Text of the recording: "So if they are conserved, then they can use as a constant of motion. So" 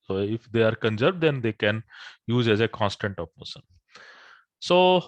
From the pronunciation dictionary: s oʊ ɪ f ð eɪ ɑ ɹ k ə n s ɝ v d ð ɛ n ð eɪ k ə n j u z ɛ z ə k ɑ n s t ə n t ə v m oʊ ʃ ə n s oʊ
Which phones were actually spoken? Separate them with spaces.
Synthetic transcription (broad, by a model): s oʊ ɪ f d eɪ ɑ ɹ k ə n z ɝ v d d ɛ n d eɪ k ə n j u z ɛ z ə k ɑ n s t ə n t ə p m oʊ s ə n s oʊ